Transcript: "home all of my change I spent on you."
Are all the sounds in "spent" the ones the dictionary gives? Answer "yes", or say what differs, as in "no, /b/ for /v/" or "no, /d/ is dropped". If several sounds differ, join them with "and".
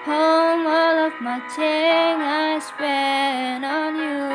no, /t/ is dropped